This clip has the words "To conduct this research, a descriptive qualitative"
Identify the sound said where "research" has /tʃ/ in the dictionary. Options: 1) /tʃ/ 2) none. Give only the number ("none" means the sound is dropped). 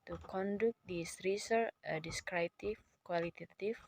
2